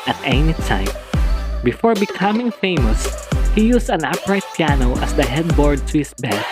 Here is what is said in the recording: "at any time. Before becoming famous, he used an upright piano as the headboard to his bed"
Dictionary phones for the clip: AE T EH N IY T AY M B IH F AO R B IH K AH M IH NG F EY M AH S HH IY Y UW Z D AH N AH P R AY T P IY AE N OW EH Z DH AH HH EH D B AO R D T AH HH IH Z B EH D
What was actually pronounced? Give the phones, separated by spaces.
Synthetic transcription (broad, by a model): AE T EH N IY T AY M B IH F AO R B IH K AH M IH NG F EY M AH S HH IY Y UW S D AH N AH P R AY T P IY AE N OW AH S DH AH HH EH D B AO R D T AH HH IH S B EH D